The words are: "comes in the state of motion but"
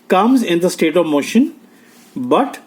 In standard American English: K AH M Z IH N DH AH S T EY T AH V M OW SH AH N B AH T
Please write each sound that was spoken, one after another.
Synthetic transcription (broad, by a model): K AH M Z IH N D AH S T EY T AH V M OW SH AH N B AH T